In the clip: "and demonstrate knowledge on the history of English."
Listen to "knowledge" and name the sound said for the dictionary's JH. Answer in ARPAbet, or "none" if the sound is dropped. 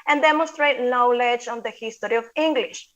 JH